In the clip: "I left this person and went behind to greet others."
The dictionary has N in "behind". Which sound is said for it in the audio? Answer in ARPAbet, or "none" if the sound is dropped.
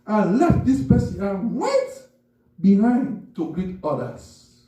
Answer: N